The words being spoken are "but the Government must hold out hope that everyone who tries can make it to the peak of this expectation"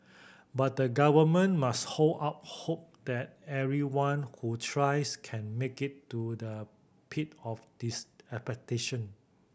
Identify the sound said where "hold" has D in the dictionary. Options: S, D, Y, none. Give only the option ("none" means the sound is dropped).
none